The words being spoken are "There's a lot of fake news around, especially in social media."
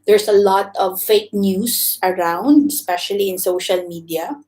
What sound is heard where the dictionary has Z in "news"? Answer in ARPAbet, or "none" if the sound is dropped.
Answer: S